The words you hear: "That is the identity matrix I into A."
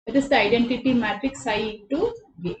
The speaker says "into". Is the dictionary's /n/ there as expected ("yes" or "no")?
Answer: no